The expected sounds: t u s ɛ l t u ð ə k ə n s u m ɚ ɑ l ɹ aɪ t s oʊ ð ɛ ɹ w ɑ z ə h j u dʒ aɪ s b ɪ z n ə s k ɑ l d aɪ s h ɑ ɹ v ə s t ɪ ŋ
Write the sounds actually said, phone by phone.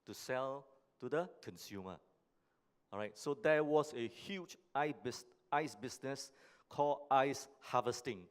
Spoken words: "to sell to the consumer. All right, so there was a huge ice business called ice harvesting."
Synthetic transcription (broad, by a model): t u s ɛ l t u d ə k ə n s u m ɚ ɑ ɹ aɪ t s oʊ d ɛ w ɑ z ə h j u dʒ aɪ s b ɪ s n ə s k ɑ l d aɪ s h ɑ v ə s t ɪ ŋ